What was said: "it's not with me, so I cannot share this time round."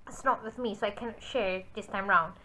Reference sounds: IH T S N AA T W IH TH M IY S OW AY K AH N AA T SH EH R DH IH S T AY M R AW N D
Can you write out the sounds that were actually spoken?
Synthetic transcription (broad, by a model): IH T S N AA T W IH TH M IY S OW AY K AH N AA T SH EH R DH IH S T AY M R AW N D